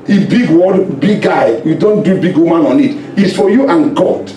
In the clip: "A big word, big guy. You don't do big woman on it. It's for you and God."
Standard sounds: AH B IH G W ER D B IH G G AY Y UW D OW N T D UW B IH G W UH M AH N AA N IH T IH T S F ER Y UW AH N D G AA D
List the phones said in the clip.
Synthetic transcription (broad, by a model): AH B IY G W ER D B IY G G AY Y UW D OW N T D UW B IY G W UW M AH N AA N IH T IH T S F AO Y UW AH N G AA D